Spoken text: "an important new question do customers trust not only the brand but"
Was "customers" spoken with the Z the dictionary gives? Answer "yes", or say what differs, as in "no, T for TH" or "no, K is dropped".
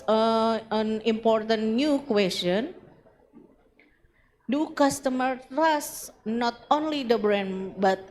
no, Z is dropped